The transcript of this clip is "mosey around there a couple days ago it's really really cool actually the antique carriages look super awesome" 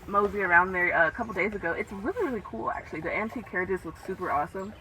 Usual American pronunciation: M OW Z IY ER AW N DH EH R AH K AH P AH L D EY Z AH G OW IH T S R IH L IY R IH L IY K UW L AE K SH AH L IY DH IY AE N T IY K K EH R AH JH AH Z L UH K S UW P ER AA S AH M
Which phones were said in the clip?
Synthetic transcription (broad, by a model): M OW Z IY ER AW N DH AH R AH K AH P L D EY Z AH G OW IH T S R IH L IY R IH L IY K UW L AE K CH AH L IY DH IY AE N T IY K K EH R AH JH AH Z W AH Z S UW P ER AA S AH M